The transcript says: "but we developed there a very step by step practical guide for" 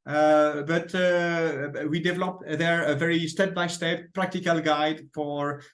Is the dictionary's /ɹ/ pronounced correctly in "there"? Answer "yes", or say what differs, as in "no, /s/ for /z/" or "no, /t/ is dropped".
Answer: yes